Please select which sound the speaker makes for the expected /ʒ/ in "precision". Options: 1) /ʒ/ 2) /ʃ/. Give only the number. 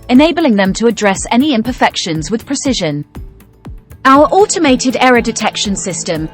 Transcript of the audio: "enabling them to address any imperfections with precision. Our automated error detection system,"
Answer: 1